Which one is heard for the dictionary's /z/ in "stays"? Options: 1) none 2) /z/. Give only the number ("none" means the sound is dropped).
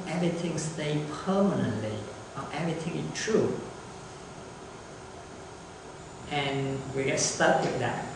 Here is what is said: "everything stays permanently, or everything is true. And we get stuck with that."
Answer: 1